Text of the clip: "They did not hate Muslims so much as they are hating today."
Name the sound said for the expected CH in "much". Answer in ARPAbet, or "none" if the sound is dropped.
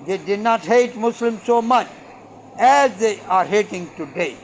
CH